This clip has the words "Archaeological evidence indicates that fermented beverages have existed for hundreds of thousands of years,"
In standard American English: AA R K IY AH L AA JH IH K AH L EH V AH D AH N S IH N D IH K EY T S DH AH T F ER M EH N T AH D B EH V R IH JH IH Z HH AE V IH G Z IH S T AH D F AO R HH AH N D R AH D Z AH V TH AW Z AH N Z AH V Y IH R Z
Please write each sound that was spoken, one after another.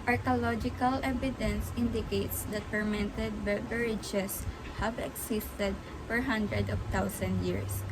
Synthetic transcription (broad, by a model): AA R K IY L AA JH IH K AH L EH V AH D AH N S IH N D IH K EY T S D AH T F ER M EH N T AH D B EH R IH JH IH S HH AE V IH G S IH S T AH D F AO R HH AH N D R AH D AH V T AW S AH N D Y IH R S